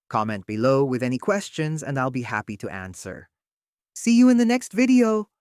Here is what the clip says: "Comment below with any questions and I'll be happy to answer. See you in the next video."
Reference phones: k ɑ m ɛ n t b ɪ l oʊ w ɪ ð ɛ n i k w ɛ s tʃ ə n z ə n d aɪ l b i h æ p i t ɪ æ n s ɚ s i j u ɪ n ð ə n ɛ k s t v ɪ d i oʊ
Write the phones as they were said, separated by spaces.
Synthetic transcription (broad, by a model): k ɑ m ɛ n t b ɪ l oʊ w ɪ ð ɛ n i k w ɛ s tʃ ə n z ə n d aɪ l b i h æ p i t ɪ æ n s ɚ s i j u ɪ n ð ə n ɛ k s t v ɪ d i oʊ